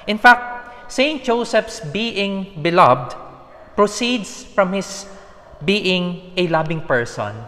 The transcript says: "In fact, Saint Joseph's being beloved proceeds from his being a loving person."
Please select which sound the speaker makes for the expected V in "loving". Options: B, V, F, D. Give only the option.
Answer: B